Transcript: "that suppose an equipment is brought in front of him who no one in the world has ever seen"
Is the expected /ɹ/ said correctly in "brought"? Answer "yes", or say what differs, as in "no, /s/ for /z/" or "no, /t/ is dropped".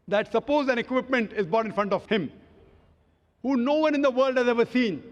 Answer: no, /ɹ/ is dropped